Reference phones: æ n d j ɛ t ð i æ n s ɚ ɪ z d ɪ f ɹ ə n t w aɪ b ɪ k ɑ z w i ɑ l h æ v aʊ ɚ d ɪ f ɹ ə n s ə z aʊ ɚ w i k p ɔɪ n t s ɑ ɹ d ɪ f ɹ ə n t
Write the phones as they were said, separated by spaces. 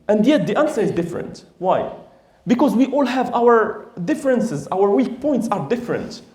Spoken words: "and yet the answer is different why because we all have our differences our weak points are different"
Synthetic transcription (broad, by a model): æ n d j ɛ t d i æ n s ɚ ɪ z d ɪ f ɹ ə n t w aɪ b ɪ k ɑ z w i ɑ l h æ v aʊ ɚ d ɪ f ɹ ə n s ə z aʊ ɚ w i k p ɔɪ n t s ɑ ɹ d ɪ f ɹ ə n t